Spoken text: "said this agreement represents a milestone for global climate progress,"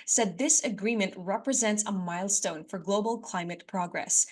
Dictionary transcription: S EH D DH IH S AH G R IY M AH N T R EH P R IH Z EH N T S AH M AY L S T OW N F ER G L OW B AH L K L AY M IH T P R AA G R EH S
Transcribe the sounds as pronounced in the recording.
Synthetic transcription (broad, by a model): S EH D DH IH S AH G R IY M AH N T R EH P R IH Z EH N T S AH M AY L S T OW N F ER G L OW B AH L K L AY M IH T P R AA G R EH S